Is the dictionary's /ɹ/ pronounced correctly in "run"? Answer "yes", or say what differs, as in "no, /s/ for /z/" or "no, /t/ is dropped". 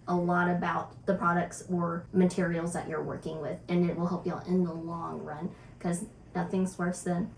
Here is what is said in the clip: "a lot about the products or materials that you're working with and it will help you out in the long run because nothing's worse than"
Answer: yes